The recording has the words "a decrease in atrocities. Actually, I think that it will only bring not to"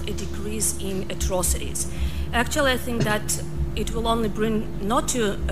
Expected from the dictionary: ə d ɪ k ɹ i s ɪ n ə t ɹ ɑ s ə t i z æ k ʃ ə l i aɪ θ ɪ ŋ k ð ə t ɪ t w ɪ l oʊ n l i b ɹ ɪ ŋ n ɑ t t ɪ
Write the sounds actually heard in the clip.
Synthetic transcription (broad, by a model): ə d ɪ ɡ ɹ i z ɪ n ə t ɹ ɑ s ə t i z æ k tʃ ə l i aɪ θ ɪ ŋ k ð ə t ɪ t w ɪ l oʊ n l i b ɹ ɪ ŋ n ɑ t t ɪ